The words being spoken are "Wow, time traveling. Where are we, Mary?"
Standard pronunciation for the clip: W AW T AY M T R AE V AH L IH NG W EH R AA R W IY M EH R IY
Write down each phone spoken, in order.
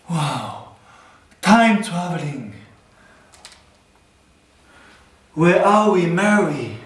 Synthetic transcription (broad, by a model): W AW T AY M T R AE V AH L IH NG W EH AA L W IY M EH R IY